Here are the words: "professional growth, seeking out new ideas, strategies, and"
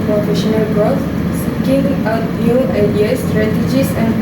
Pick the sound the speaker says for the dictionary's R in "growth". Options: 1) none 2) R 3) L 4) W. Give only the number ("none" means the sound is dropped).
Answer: 1